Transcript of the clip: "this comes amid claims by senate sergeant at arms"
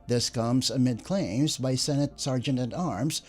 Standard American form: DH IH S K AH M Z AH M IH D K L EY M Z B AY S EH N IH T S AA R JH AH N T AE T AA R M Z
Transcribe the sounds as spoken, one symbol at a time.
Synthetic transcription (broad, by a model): DH IH S K AH M Z AH M IH D K L EY M Z B AY S EH N IH T S AA R JH AH N T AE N AA R M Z